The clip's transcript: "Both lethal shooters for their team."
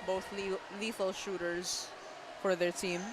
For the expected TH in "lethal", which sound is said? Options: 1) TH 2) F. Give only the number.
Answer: 2